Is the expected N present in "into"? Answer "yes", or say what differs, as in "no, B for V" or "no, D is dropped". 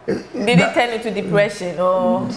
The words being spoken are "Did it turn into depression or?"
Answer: no, N is dropped